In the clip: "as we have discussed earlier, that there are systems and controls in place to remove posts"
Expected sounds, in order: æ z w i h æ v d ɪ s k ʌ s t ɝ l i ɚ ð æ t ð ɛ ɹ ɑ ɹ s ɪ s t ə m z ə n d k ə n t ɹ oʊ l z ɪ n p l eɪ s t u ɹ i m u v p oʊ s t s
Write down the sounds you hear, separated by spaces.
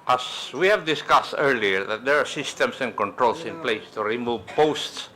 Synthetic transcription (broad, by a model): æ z w i h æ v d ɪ s k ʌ s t ɝ l i ɚ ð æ t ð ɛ ɹ ɑ ɹ s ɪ s t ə m s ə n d k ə n t ɹ oʊ l s ɪ n p l eɪ s t u ɹ i m u v p oʊ s t s